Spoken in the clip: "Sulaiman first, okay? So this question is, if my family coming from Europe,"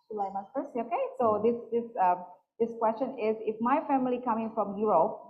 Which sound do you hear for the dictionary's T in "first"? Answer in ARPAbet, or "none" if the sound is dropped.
none